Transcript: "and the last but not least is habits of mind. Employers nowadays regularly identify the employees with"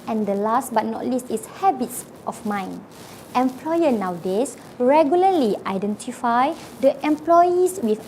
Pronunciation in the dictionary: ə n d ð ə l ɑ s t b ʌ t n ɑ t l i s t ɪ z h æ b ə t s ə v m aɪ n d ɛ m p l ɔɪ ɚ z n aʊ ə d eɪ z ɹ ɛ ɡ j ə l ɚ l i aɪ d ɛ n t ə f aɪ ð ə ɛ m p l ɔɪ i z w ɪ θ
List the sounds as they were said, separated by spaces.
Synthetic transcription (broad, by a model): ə n d ə l ɑ s t b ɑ t n ɑ t l i s t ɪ s h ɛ b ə t s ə f m aɪ n ɛ m p l ɔɪ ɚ n aʊ d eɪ s ɹ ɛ ɡ j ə l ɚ l i aɪ d ɛ n t ə f aɪ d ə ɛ m p l ɔɪ i s w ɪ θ